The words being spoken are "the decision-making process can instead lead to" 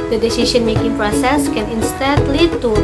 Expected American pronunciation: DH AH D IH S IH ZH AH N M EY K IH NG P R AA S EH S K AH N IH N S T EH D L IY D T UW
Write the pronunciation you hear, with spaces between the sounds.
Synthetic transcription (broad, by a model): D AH D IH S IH SH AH N M EY K IH NG P R AA S EH S K AH N IH N S T EH D L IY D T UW